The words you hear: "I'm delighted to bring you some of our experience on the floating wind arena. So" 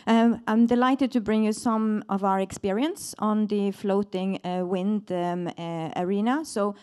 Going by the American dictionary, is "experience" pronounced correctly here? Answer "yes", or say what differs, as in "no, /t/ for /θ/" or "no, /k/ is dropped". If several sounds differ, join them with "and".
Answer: yes